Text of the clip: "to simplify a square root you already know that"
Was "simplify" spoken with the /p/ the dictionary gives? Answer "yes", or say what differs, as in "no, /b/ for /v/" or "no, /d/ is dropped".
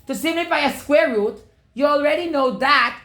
no, /p/ is dropped